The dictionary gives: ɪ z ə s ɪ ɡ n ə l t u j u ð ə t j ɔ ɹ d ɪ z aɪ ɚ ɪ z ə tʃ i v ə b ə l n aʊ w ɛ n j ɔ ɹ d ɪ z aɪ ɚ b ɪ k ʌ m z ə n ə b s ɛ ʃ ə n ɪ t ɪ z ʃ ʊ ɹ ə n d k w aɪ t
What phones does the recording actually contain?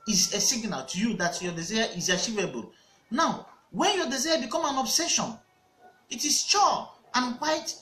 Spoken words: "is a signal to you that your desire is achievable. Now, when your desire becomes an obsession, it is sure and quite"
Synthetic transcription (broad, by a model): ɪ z ə s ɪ ɡ n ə l t u j u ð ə t j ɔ d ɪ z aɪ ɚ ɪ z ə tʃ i v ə b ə l n aʊ w ɛ n j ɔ d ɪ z aɪ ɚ b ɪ k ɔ m ə n ə b s ɛ ʃ ə n ɪ t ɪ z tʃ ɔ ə n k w aɪ t